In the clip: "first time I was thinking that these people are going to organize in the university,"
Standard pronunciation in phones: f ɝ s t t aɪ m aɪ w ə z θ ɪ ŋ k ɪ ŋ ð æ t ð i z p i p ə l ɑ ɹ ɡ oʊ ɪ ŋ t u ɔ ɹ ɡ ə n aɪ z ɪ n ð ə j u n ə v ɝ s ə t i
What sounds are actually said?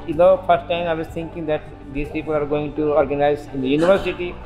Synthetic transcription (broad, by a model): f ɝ s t t aɪ m aɪ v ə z t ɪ ŋ k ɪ ŋ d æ t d i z p i p ə l ɑ ɹ ɡ oʊ ɪ ŋ t u ɔ ɹ ɡ ə n aɪ z ɪ n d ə j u n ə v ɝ s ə t i